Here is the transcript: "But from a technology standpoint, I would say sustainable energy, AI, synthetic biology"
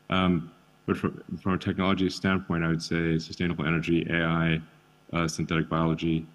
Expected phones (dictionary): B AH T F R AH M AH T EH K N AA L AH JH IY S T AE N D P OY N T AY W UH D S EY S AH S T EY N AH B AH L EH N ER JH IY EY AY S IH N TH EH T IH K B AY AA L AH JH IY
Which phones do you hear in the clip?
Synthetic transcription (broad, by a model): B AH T F R AH M AH T EH K N AA L AH JH IY S T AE N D P OY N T AY W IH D S EY S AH S T EY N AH B L EH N ER JH IY EY AY S IH N TH EH T IH K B AY AA L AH JH IY